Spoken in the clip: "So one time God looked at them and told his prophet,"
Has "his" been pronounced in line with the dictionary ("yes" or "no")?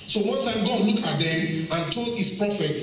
no